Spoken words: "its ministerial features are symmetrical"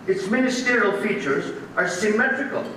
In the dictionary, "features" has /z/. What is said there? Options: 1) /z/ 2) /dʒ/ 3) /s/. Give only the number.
1